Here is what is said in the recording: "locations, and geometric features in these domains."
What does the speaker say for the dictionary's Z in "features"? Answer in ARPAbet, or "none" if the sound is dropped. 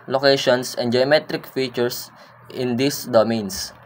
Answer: S